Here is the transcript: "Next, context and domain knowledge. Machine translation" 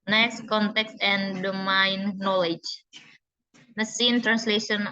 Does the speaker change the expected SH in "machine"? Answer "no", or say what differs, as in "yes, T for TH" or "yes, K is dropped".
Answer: yes, S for SH